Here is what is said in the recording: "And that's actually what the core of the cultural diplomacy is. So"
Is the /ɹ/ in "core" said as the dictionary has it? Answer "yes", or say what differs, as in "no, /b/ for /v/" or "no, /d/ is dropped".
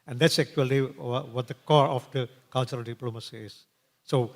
yes